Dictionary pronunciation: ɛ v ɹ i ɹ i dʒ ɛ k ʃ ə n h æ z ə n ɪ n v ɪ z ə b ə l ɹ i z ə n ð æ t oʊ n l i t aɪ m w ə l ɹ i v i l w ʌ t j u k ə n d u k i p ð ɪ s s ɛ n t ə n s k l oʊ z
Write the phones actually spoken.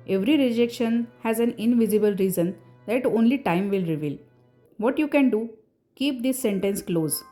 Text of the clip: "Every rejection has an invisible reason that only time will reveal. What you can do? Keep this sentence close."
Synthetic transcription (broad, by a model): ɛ v ɹ i ɹ i dʒ ɛ k ʃ ə n h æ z ə n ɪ n v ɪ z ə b ə l ɹ i z ə n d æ t oʊ n l i t aɪ m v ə l ɹ i v i l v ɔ t j u k ə n d u k i p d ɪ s s ɛ n t ə n s k l oʊ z